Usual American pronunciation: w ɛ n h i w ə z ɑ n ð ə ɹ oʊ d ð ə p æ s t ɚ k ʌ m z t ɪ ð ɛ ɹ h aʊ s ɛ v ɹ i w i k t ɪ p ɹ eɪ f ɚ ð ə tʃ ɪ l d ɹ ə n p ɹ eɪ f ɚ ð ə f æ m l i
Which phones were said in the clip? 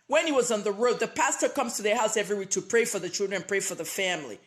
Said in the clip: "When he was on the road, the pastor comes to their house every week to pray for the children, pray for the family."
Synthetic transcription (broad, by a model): w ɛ n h i w ə z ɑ n ð ə ɹ oʊ d ð ə p æ s t ɚ k ʌ m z t ɪ ð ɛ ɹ h aʊ s ɛ v ɹ i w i t ɪ p ɹ eɪ f ɚ ð ə tʃ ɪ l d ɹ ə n p ɹ eɪ f ɚ ð ə f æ m l i